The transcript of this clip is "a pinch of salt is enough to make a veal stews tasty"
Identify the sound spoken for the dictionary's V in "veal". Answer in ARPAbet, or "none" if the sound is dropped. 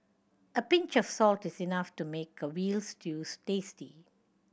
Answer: W